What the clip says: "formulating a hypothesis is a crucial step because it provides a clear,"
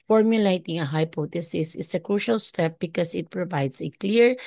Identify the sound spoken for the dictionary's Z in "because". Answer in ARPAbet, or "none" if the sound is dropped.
S